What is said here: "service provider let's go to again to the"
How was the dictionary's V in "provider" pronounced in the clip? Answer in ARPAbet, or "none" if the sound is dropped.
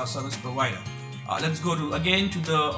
W